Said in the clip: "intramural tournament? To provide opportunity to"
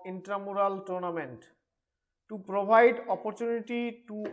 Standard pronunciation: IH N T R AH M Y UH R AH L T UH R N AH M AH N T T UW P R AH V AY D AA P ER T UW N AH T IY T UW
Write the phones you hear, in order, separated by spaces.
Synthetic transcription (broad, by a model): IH N T R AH M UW R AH L T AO R N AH M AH N T T UW P R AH B AY D AA P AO T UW N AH T IY T UW